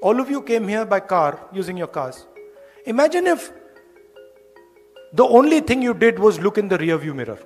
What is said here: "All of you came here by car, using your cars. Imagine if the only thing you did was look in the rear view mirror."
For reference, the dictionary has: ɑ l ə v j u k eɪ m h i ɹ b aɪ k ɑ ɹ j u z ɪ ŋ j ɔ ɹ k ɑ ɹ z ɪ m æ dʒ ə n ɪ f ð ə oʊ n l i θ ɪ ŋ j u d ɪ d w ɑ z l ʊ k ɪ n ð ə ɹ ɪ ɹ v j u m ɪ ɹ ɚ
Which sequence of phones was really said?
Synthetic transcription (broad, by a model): ɑ l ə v j u k eɪ m h i ɹ b aɪ k ɑ ɹ j u z ɪ ŋ j ɔ ɹ k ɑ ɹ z ɪ m æ dʒ ə n ɪ f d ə oʊ n l i t ɪ ŋ j u d ɪ d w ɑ z l ʊ k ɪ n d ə ɹ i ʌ v j u m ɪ ɹ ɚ